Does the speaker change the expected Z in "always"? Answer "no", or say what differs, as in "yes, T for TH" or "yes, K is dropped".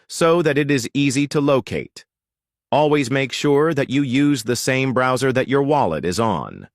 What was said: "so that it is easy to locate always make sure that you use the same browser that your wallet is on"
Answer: no